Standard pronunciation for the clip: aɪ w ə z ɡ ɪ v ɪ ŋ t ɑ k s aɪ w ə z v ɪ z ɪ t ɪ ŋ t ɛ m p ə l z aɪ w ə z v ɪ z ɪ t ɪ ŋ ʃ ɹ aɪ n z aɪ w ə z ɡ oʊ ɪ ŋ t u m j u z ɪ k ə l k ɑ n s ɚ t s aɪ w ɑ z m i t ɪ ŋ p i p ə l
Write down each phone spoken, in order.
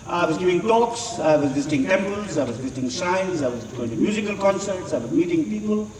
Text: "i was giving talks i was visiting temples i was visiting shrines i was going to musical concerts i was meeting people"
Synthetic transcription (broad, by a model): aɪ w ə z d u ɪ ŋ t ɑ k s aɪ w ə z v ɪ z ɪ t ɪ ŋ t ɛ m p ə l z aɪ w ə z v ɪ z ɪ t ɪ ŋ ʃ aɪ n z aɪ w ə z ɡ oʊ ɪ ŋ t u m j u z ɪ k ə l k ɑ n s ɚ t s aɪ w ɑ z m i t ɪ ŋ p i p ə l